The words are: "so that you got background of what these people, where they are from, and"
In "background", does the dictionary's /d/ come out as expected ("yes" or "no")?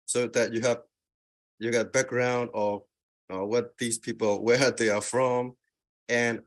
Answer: yes